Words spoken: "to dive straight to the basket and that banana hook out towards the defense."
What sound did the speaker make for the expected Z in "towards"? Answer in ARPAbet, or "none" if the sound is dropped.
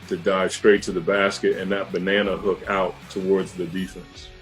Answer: Z